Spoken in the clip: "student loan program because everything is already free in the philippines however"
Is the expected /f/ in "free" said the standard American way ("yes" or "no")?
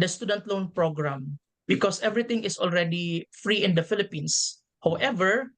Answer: yes